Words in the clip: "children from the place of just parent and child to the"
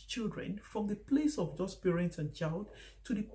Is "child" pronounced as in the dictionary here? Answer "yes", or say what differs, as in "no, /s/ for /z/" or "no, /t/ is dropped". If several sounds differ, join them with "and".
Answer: yes